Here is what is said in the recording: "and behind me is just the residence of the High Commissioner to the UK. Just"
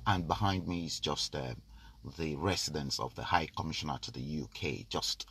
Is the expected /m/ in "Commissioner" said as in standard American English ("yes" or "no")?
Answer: yes